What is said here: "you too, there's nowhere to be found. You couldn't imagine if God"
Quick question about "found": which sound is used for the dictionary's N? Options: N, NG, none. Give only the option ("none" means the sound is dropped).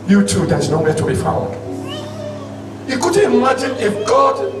none